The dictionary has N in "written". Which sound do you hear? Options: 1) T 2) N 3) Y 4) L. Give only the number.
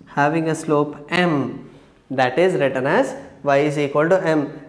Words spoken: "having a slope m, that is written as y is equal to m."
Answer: 2